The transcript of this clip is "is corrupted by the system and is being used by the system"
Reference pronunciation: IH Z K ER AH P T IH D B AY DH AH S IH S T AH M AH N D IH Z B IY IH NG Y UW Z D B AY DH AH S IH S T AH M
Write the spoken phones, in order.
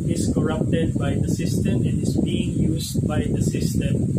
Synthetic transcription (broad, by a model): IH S K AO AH P T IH D B AY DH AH S IH S T AH M AH N D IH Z B IY IH NG Y UW S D B AY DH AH S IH S T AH M